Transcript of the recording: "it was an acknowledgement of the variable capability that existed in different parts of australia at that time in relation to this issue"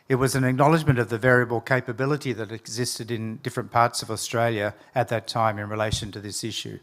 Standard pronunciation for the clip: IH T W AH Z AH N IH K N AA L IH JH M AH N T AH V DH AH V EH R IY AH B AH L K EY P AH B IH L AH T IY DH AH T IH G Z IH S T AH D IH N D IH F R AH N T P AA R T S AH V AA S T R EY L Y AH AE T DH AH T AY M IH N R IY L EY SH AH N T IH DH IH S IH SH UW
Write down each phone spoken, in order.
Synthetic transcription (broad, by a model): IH T W AH Z N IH K N AA L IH JH M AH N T AH V DH AH V EH R IY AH B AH L K EY P AH B IH L AH T IY DH AH T IH G Z IH S T AH D IH N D IH F R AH N P AA R T S AH V AA S T R EY L Y AH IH T DH AH T AY M IH N R IY L EY SH AH N T IH DH IH S IH SH UW